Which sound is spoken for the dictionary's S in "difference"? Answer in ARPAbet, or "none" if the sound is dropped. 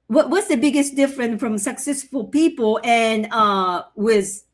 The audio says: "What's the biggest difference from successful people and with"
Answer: none